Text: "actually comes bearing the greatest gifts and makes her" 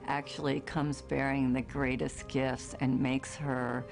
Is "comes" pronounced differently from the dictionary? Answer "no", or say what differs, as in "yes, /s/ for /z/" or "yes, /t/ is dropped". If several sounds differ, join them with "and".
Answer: no